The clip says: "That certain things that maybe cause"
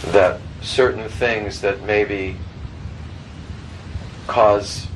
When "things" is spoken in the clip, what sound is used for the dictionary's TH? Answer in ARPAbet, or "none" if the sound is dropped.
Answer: TH